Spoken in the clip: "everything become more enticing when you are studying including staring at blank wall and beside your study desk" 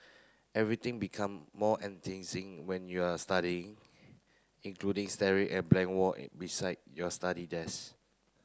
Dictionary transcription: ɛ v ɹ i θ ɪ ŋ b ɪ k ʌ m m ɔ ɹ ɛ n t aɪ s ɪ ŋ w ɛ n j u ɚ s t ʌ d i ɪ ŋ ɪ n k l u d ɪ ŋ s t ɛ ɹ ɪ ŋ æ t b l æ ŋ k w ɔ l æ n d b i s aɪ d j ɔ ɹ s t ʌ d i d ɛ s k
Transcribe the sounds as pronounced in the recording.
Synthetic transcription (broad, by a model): ɛ v ɹ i t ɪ ŋ b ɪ k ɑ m m ɔ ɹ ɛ n t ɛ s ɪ ŋ w ɛ n j u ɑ s t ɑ d i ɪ ŋ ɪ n k l u d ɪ ŋ s t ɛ ɹ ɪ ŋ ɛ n b l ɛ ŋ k w ɔ b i s aɪ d j ɔ s t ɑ d i d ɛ s